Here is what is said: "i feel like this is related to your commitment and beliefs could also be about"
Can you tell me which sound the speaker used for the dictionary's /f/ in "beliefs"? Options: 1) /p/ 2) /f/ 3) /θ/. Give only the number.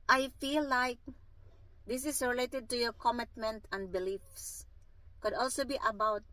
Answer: 2